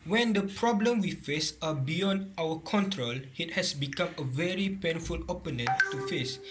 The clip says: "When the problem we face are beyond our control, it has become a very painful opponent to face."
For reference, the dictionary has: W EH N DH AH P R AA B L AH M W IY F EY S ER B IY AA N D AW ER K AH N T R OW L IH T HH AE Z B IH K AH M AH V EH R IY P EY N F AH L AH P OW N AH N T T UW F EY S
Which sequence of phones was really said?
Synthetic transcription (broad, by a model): W EH N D AH P R AA B L AH M W IY F EY S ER B IY AA N D AW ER K AH N T R OW L IH T HH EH S B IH K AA M AH V EH R IY P EY N F AH L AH P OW N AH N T T UW F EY S